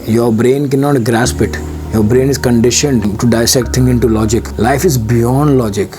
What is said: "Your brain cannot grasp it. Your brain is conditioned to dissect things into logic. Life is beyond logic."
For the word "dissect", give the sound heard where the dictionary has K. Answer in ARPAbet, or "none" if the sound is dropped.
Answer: K